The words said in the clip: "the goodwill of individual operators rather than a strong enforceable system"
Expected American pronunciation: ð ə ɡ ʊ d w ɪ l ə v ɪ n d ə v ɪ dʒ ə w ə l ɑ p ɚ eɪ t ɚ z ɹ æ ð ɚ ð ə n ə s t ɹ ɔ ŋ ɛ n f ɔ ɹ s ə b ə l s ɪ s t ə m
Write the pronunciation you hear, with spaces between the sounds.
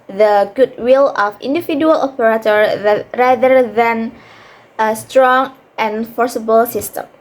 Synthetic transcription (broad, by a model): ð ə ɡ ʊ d w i l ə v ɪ n d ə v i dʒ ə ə l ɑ p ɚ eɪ t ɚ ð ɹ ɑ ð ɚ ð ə n ə s t ɹ ɔ ŋ ɛ n f ɔ ɹ s ə b ə l s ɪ s t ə m